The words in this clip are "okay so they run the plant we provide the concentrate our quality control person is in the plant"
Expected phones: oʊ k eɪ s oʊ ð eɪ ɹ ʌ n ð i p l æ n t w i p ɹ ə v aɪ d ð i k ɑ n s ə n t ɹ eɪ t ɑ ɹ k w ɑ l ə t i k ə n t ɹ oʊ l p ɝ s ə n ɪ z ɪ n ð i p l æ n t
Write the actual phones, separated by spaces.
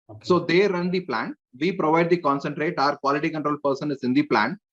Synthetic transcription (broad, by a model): s oʊ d eɪ ɹ ʌ n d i p l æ n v i p ɹ ə v aɪ d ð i k ɑ n s ə n t ɹ eɪ t ɑ ɹ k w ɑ l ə t i k ə n t ɹ oʊ l p ɝ s ə n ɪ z ɪ n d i p l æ n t